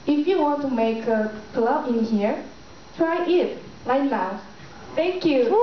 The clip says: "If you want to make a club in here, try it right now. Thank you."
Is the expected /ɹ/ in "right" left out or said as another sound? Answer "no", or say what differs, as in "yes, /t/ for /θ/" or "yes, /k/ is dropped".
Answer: yes, /l/ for /ɹ/